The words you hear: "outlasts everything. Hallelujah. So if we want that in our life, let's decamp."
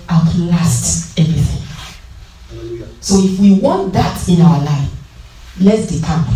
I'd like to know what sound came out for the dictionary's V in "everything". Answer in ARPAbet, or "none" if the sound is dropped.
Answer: V